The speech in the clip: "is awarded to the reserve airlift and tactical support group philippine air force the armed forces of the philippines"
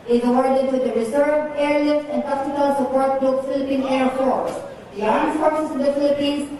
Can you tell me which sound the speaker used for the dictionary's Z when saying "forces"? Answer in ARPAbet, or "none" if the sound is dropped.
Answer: S